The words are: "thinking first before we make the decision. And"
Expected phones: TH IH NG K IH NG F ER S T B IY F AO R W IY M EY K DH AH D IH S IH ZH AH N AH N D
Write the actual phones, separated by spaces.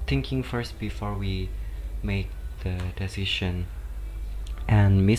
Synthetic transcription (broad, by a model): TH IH NG K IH NG F ER S T B IY F AO R W IY M EY K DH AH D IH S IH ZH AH N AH N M